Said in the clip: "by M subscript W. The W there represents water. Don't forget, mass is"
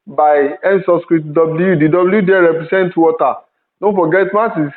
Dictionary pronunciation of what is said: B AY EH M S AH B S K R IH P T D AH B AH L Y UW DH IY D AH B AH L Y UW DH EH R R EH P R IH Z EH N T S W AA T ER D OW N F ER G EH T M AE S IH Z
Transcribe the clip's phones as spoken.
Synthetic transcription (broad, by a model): B AY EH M S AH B S K R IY T D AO B L Y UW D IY D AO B L Y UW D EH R R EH P R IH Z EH N T W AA T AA D OW N F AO G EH T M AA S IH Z